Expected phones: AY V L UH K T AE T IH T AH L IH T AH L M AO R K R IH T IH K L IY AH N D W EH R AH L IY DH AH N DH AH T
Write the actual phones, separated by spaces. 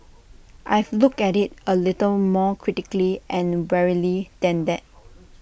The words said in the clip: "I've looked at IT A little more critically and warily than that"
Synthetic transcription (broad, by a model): AY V L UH K EH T IH T AH L IH T AH L M AO K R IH T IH K L IY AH N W EH R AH L IY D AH N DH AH T